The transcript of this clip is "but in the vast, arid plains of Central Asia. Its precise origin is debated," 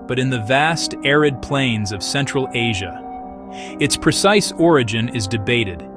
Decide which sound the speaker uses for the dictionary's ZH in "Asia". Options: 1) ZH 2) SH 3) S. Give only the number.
1